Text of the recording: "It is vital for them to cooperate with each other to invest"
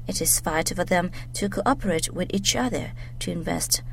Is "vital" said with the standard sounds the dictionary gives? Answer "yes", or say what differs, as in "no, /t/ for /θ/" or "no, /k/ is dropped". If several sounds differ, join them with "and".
no, /f/ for /v/